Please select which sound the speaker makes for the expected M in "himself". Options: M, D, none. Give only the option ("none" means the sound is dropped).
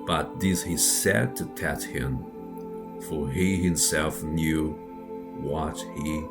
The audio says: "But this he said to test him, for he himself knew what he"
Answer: M